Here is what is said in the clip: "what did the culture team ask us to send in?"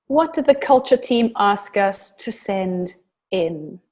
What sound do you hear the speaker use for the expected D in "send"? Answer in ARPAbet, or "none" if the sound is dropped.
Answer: D